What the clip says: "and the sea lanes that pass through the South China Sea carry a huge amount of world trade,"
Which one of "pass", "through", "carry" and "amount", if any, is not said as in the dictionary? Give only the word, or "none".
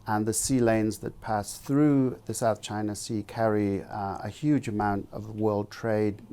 none